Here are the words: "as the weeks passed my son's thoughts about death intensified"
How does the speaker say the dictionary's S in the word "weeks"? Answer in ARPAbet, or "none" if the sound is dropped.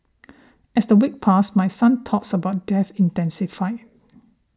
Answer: none